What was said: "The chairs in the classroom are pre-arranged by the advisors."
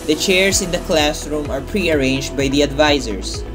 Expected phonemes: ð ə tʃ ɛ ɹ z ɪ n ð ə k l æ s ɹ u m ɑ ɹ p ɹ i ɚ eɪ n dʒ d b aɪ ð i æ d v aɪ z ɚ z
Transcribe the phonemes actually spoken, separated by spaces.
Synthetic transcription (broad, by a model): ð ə tʃ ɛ ɹ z ɪ n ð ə k l æ s ɹ u m ɑ ɹ p ɹ i ɚ eɪ n dʒ d b aɪ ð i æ d v aɪ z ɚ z